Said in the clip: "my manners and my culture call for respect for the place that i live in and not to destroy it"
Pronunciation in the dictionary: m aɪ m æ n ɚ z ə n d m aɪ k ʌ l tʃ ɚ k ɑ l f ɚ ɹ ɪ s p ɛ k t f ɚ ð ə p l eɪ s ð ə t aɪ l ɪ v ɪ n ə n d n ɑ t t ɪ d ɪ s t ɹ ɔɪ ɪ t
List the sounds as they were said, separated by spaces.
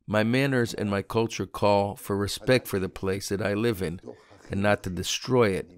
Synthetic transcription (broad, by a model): m aɪ m æ n ɚ z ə n m aɪ k ʌ l tʃ ɚ k ɑ l f ɚ ɹ ɪ s p ɛ k t f ɚ ð ə p l eɪ s ð ə t aɪ l ɪ v ɪ n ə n n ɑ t t ɪ d ɪ s t ɹ ɔɪ ɪ t